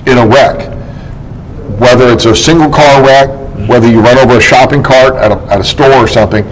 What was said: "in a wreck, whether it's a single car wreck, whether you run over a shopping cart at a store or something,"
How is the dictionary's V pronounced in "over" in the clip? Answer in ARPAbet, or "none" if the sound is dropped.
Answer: V